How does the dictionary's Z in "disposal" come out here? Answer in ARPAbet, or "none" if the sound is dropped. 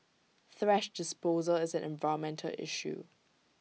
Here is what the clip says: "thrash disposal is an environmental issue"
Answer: Z